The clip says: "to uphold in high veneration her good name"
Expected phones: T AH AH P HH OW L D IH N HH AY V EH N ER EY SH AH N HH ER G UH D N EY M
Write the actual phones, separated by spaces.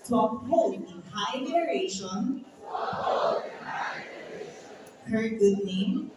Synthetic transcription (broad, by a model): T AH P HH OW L IH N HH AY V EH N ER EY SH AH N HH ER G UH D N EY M